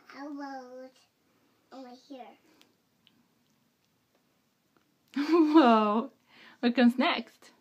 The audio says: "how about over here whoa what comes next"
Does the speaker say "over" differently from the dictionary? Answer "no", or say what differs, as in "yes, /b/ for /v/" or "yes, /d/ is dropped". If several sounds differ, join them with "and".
yes, /v/ is dropped